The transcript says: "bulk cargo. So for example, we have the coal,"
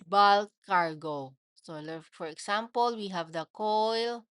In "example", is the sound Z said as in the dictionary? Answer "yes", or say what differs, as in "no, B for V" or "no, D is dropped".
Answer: no, S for Z